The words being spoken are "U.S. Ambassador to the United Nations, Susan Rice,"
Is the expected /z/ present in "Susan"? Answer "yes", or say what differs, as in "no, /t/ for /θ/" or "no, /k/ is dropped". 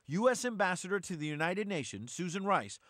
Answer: yes